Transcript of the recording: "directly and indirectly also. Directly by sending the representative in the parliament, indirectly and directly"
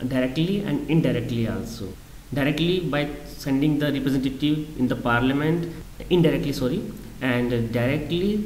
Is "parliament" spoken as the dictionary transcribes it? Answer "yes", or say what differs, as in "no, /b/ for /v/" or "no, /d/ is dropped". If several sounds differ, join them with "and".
yes